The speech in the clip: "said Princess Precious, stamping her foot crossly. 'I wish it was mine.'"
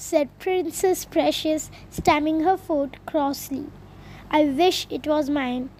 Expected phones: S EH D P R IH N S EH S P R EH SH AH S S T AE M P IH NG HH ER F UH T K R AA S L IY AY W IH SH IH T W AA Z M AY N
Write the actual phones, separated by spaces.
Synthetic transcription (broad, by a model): S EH D P R IH N S EH S P R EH SH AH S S T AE M IH NG HH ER F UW T K R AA S L IY AY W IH SH IH T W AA Z M AY N